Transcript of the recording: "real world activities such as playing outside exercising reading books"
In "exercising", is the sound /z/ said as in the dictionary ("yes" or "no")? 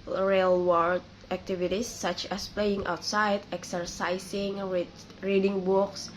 no